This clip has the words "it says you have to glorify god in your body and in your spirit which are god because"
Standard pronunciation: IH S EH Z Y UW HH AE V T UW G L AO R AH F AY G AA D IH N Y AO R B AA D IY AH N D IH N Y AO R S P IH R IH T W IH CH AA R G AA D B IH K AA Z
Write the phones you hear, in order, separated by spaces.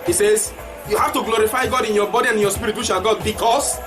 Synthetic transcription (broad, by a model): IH S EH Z Y UW HH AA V T UW G L AO R AH F AY G AA D IH N Y AO B AA D IY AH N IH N Y AO S P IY R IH T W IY SH AA L G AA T B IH K AA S